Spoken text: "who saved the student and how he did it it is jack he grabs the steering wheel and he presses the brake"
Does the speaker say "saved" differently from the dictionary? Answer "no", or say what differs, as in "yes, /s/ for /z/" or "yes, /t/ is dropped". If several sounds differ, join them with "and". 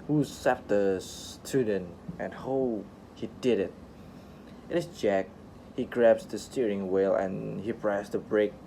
yes, /f/ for /v/